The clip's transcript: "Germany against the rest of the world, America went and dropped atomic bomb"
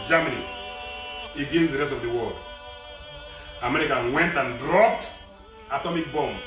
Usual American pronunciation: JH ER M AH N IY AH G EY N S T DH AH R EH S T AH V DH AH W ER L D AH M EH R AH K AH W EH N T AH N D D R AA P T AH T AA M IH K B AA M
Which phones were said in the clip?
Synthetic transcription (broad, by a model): JH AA M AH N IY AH G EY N S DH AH R EH S T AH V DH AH W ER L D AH M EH R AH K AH W EH N T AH N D D R AA P T AH T AA M IH K B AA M